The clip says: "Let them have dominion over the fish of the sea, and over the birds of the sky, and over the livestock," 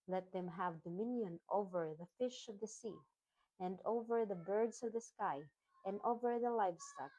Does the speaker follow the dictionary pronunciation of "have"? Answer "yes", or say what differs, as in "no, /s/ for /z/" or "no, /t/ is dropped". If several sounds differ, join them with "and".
yes